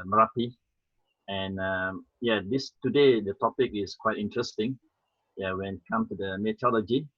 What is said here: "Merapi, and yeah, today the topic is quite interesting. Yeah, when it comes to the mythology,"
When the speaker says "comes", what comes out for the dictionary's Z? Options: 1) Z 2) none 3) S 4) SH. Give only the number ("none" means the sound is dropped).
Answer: 2